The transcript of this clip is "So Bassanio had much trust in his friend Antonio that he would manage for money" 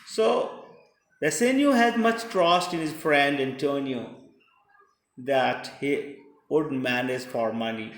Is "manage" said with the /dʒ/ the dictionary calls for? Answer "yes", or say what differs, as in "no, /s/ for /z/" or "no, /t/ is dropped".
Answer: no, /z/ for /dʒ/